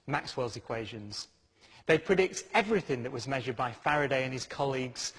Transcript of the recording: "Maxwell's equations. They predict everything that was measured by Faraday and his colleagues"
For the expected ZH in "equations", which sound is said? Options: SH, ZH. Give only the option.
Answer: ZH